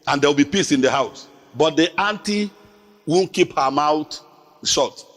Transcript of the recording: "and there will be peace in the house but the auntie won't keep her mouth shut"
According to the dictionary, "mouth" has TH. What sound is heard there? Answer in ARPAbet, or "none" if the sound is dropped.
T